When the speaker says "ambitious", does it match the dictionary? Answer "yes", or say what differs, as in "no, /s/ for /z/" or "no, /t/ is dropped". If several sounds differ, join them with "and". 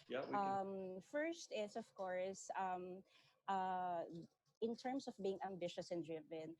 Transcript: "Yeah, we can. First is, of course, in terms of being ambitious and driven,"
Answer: yes